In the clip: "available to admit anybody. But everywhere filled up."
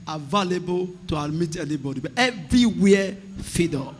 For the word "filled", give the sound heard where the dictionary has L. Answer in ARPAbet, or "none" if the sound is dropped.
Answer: none